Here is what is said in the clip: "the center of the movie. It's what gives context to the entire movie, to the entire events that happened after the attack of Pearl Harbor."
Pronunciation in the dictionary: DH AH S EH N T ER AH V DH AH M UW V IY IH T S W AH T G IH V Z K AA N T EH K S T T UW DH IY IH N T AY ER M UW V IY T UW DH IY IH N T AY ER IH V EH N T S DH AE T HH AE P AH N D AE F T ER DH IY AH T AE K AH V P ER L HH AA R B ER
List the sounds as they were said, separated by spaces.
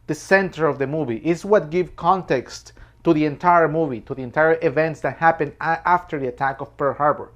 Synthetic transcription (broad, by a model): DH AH S EH N T ER AH V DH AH M UW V IY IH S W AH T G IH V K AA N T EH K S T T UW DH IY IH N T AY ER M UW V IY T UW DH IY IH N T AY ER IH V EH N T S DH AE T HH AE P AH N D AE F T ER DH IY AH T AE K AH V P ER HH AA R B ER